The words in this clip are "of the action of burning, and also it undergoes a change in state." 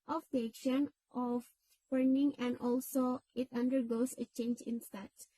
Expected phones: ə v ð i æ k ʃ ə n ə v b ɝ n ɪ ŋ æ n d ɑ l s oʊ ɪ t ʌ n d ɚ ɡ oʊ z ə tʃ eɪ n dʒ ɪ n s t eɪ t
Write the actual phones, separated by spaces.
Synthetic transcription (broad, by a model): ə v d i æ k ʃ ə n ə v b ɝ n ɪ ŋ æ n d ɑ l s oʊ ɪ t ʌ n d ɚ ɡ oʊ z ə tʃ eɪ n dʒ ɪ n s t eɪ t